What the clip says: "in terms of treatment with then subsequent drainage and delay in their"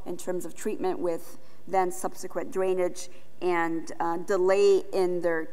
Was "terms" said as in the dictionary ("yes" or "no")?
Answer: yes